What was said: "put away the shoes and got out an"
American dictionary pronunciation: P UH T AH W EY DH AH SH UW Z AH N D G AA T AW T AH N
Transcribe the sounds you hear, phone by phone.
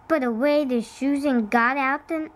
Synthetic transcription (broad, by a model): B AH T AH W EY DH AH SH UW Z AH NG G AA T AW T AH N